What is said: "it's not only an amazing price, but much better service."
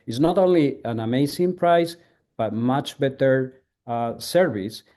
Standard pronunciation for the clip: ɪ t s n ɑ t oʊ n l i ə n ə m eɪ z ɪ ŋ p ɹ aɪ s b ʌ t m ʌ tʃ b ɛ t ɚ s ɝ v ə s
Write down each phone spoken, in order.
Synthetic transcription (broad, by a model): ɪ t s n ɑ t oʊ n l i ə n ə m eɪ s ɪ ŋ p ɹ aɪ s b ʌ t m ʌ tʃ b ɛ t ɚ s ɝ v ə s